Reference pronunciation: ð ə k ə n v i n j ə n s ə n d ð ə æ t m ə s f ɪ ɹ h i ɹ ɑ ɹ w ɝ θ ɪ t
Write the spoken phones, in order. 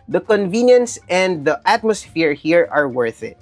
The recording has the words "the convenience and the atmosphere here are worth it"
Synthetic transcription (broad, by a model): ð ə k ə n v i n j ə n s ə n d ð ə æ t m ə s f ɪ ɹ h i ɹ ɑ ɹ w ɝ θ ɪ t